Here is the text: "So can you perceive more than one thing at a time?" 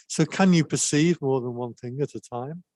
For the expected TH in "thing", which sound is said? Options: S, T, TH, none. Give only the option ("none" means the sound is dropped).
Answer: TH